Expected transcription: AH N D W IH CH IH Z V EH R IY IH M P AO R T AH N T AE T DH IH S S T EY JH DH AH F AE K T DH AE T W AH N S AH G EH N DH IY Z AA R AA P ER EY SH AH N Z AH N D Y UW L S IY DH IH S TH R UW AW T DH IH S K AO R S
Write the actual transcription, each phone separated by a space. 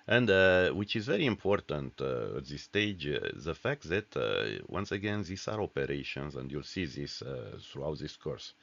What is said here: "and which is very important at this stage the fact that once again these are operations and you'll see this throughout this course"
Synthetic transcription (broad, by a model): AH N D W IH CH IH Z V EH R IY IH M P AO R T AH N T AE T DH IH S S T EY JH DH AH F AE K T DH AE T W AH N S AH G EH N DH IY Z AA R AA P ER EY SH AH N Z AH N D Y UW L S IY DH IH S TH R UW AW T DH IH S K AO R S